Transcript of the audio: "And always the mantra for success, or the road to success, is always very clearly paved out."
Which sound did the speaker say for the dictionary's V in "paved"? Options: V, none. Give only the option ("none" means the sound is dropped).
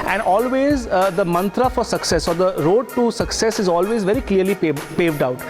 V